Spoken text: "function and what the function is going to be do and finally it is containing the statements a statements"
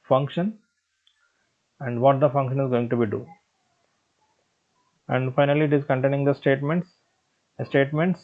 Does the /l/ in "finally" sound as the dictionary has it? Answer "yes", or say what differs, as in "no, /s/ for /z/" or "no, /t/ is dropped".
yes